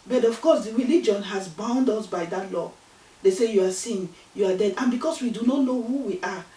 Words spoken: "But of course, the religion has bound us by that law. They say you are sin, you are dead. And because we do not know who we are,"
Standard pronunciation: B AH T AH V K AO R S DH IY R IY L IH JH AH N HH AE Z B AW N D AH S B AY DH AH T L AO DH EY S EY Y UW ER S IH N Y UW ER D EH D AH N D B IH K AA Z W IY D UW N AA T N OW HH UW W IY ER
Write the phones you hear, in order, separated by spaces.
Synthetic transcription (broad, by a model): B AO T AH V K AO S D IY R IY L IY JH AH N HH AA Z B AW N D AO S B AY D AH T L AO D EY S EY Y UW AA S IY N Y UW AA D EH D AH N B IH K AA S W IY D UW N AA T N OW HH UW W IY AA